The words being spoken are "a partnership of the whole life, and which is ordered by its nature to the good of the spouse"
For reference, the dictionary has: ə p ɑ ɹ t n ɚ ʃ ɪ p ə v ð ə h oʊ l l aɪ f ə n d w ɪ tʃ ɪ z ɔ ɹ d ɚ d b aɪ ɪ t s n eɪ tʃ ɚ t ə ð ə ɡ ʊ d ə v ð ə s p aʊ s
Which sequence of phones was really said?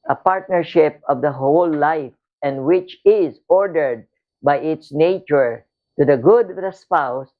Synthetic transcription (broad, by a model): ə p ɑ ɹ t n ɚ ʃ ɪ p ə v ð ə h oʊ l l aɪ f ə n d w ɪ tʃ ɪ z ɔ ɹ d ɚ d b aɪ ɪ t s n eɪ tʃ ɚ t ə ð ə ɡ ʊ d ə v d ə s p aʊ s